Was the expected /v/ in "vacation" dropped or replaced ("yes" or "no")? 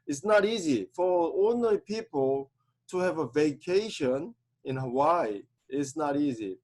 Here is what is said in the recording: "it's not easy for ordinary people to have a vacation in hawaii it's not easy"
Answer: no